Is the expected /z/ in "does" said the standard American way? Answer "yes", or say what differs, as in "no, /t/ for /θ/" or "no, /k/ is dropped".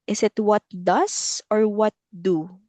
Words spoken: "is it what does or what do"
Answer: no, /s/ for /z/